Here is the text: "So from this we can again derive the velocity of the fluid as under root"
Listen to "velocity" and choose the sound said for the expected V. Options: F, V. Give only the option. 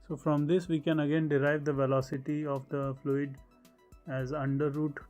V